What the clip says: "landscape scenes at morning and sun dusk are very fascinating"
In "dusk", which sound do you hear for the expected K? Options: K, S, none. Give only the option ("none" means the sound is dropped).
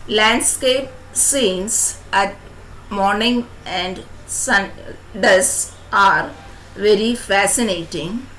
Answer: none